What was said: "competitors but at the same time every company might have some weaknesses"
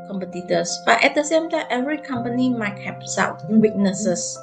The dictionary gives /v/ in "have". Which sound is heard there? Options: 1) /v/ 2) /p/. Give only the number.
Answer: 2